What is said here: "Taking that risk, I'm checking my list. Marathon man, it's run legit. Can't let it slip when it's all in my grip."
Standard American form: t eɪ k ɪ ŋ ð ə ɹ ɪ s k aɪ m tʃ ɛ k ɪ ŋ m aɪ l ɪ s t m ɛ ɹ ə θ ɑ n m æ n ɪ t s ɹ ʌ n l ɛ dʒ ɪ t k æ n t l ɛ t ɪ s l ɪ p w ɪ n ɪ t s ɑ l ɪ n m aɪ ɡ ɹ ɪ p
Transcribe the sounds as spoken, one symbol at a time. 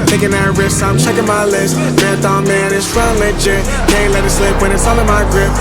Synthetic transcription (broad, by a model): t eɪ k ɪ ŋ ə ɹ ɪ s aɪ m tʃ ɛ k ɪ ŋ m aɪ l ɪ s t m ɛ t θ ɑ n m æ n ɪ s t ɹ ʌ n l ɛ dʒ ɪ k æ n l ɛ t ɪ s l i p w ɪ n ɪ t s ɑ l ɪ m aɪ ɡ ɹ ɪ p